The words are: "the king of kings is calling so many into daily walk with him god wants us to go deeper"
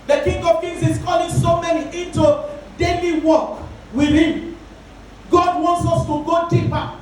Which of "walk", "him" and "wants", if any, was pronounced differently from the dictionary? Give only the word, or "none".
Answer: none